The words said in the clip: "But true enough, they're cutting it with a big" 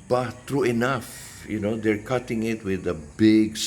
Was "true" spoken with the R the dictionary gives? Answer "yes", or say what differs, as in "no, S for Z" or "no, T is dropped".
yes